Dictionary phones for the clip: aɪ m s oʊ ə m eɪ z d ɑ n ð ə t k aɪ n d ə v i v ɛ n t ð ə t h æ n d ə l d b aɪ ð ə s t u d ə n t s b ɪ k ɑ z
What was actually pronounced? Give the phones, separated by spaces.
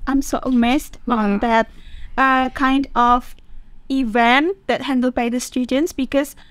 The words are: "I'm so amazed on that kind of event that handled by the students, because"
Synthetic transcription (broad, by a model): aɪ m s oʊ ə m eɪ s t ɑ n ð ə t k aɪ n d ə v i v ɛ n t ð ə t h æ n d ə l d b aɪ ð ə s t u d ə n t s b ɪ k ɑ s